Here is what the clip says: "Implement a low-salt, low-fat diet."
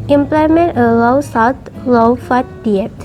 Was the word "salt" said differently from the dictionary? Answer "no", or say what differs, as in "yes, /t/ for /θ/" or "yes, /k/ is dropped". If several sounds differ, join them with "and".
yes, /w/ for /l/